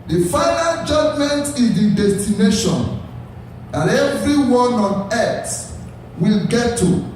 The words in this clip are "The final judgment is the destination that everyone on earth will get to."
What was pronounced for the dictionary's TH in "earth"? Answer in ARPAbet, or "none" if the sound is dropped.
S